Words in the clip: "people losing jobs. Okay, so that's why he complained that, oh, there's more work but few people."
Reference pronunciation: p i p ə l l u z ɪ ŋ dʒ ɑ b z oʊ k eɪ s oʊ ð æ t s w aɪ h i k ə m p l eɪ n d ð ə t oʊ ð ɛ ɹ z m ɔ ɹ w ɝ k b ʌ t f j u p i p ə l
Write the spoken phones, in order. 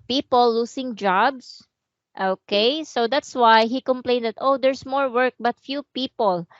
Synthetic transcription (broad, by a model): p i p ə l l u s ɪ ŋ dʒ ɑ b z oʊ k eɪ s oʊ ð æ t s w aɪ h i k ə m p l eɪ n d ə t oʊ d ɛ ɹ s m ɔ ɹ w ɝ k b ʌ t f j u p i p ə l